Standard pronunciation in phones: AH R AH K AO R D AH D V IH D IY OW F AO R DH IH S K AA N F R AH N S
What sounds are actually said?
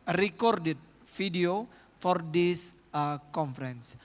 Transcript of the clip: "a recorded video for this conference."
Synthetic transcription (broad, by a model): R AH K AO R D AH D F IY D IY OW F AO R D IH S K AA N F R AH N S